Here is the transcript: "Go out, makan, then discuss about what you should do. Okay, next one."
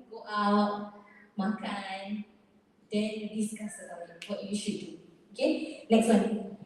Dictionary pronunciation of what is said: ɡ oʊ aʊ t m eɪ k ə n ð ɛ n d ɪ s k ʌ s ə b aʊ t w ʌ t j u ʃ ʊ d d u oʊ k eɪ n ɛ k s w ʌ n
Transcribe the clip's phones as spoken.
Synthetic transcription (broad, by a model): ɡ oʊ aʊ t m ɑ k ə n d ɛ n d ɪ s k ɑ s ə aʊ w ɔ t j u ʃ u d d u oʊ k eɪ n ɛ k s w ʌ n